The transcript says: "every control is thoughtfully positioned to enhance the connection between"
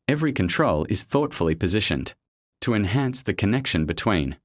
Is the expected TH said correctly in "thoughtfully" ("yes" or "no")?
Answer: yes